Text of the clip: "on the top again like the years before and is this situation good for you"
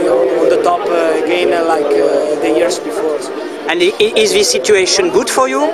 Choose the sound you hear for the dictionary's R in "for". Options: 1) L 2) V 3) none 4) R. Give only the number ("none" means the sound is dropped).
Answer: 4